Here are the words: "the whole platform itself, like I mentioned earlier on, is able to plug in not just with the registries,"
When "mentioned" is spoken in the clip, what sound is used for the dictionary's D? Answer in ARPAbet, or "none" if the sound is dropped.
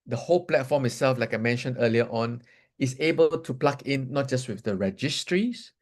none